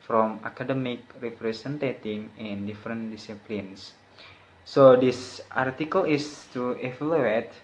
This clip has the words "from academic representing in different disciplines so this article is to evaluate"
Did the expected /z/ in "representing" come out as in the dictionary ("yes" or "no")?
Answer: no